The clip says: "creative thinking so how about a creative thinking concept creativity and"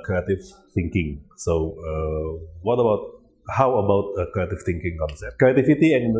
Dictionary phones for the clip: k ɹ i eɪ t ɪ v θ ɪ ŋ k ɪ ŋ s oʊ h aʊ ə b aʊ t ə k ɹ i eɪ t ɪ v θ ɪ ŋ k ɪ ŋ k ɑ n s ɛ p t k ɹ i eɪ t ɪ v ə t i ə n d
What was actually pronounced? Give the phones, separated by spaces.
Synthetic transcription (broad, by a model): k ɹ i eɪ t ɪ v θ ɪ ŋ k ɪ ŋ s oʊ h aʊ ə b aʊ t ə k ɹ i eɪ t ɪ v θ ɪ ŋ k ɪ ŋ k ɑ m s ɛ t k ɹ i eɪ t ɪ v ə t i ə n